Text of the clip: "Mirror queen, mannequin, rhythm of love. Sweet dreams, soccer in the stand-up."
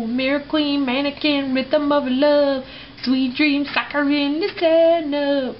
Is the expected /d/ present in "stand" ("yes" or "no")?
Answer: no